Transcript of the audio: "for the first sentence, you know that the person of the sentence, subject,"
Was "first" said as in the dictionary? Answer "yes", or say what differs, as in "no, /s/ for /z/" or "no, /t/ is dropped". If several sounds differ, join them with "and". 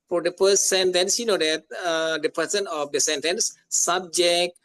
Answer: no, /p/ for /f/